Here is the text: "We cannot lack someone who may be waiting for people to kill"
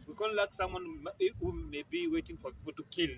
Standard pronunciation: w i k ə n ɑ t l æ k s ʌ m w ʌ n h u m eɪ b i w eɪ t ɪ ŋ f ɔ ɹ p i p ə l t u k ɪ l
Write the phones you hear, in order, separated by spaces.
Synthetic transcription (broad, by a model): w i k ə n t l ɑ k s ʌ m w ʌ n h u m eɪ b i w eɪ t ɪ ŋ f ɔ ɹ p i p ə l t u k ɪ l